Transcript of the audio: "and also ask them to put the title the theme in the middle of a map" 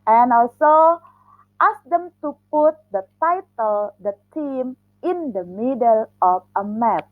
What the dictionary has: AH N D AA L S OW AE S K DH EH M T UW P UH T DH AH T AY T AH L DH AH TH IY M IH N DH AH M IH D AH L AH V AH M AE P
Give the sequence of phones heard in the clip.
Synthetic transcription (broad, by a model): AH N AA L S OW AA S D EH M T UW P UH T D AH T AY T AH L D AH T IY M IH N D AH M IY D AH L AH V AH M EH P